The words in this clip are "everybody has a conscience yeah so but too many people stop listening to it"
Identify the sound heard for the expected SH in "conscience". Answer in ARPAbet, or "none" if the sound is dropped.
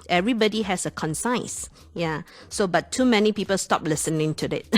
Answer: S